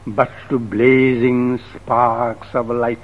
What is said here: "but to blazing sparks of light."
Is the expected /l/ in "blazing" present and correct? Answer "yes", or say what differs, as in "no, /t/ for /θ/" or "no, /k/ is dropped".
yes